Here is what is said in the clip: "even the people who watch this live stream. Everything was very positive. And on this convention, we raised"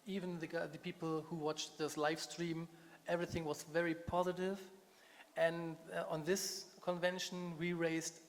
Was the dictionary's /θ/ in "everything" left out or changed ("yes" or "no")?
no